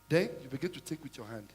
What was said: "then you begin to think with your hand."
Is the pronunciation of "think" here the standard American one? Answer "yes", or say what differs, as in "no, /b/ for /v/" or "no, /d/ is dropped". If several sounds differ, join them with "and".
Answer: no, /t/ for /θ/ and /ŋ/ is dropped